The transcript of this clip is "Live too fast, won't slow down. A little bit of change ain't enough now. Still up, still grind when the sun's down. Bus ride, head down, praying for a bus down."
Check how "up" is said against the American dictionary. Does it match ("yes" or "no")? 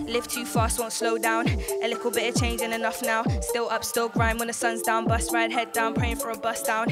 yes